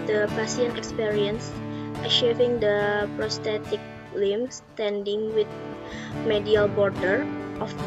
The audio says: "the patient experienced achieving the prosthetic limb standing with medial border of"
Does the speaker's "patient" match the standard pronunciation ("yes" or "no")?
no